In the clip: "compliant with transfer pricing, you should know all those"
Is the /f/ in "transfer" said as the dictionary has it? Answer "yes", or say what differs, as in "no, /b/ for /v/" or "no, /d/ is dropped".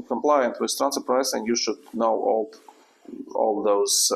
no, /f/ is dropped